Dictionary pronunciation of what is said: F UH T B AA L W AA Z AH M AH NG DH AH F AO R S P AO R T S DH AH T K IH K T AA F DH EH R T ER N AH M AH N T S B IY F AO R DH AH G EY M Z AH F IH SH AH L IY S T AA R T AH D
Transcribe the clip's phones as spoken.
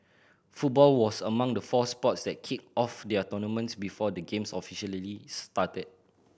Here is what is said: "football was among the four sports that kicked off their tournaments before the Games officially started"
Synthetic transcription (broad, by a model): F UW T B AA L W AA S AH M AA NG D AH F AO S P AO T S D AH T K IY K AA F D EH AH T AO N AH M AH N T S B IY F AO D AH G EY M S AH F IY SH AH L IY S T AA T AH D